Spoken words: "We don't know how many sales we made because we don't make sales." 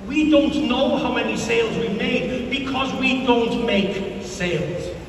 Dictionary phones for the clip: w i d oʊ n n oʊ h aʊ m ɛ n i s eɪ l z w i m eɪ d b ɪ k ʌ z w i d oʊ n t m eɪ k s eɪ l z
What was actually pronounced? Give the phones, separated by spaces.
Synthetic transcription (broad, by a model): w i d oʊ n n oʊ h aʊ m ɛ n i s eɪ l z w i m eɪ d b ɪ k ʌ z w i d oʊ n t m eɪ k s eɪ l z